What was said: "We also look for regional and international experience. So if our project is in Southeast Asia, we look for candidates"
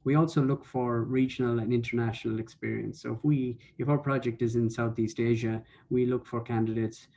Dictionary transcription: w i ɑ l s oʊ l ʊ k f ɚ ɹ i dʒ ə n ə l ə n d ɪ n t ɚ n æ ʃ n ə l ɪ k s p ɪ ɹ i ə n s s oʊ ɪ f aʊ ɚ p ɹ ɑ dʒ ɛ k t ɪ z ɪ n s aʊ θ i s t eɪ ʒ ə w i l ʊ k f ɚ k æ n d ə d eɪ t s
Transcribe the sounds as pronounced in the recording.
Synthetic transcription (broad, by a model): w i ɑ l s oʊ l ʊ k f ɚ ɹ i dʒ ə n ə l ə n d ɪ n t ɚ n æ ʃ n ə l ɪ k s p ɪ ɹ i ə n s s oʊ ɪ f aʊ ɚ p ɹ ɑ dʒ ɛ k t ɪ z ɪ n s aʊ θ i s t eɪ ʒ ə w i l ʊ k f ɚ k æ n d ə d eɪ t s